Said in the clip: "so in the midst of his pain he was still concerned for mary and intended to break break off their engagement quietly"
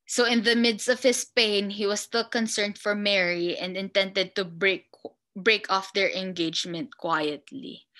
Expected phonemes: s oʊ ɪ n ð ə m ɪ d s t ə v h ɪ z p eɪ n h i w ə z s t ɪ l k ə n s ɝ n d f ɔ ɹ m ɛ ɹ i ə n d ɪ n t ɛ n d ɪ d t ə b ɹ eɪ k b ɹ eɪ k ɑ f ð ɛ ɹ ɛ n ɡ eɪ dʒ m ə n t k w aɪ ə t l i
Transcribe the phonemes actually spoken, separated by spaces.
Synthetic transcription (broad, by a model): s oʊ ɪ n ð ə m ɪ d s t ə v h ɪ s p eɪ n h i w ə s s t ɪ l k ə n s ɝ n d f ɔ ɹ m ɛ ɹ i ə n d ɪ n t ɛ n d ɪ d t ə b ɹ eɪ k b ɹ eɪ k ɑ f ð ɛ ɹ ɛ n ɡ eɪ dʒ m ə n t k w aɪ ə t l i